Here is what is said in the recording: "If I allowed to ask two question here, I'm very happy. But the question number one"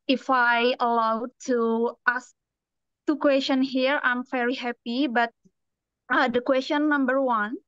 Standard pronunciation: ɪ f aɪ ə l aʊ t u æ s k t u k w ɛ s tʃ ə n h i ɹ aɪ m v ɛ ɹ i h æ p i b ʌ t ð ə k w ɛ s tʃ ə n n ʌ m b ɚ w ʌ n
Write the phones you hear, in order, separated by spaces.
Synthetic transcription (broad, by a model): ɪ f aɪ ə l aʊ t u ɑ s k t u k w ɛ s tʃ ə n h i ɹ aɪ m f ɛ ɹ i h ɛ p i b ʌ t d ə k w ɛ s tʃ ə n n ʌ m b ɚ w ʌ n